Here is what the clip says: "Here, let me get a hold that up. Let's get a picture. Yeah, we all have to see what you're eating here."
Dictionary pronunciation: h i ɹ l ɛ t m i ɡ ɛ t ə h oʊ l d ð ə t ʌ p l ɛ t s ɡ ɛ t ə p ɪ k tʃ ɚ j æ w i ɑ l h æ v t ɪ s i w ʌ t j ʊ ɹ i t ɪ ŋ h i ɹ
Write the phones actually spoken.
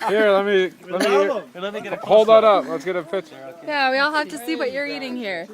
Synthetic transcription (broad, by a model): h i ɹ l ɛ t m i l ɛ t ə h oʊ l d ð ə t ʌ p l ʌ t s ɡ ɛ t ə f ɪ tʃ j æ w i ɑ l h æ f t ɪ s i w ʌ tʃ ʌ ɹ i t ɪ ŋ h i ɹ